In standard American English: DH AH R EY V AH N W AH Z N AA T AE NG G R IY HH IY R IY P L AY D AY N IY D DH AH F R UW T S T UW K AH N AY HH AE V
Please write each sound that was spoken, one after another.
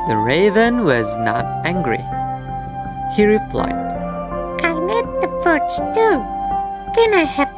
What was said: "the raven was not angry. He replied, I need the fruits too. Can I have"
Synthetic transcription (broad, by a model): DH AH R EY V AH N W AH Z N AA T AE NG G R IY HH IY R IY P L AY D AY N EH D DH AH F AH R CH T UW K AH N AY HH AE